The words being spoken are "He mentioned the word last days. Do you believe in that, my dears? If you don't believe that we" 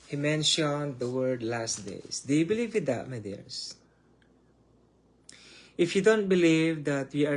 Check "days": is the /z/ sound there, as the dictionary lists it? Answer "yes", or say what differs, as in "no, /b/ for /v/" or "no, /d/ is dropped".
no, /s/ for /z/